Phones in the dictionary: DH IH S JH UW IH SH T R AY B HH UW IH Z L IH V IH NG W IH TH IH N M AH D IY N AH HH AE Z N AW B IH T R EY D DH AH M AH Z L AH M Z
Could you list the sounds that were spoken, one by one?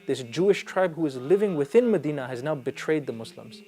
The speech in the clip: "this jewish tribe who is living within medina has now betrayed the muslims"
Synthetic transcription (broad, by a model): DH IH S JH UW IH SH T R AY B HH UW IH Z L IH V IH NG W IH TH IH N M AH D IY N AH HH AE Z N AW B IH T R EY D DH AH M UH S L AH M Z